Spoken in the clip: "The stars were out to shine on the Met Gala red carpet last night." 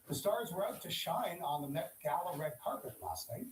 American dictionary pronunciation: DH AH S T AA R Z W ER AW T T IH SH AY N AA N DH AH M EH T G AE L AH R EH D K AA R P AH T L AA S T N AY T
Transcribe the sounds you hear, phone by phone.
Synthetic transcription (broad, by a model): DH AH S T AA R Z W ER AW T T IH SH AY N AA N DH AH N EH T G AE L AH R EH D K AA R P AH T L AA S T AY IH